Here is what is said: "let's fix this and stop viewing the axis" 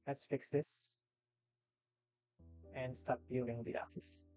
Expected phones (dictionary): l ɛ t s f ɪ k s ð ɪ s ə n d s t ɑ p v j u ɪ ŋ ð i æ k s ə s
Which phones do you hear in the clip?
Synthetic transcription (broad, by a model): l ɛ t s f ɪ k s ð ɪ s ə n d s t ɑ p b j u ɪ ŋ ð i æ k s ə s